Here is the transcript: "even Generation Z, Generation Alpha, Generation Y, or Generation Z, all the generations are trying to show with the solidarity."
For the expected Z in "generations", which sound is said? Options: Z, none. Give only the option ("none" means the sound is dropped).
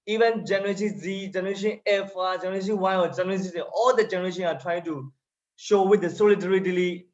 none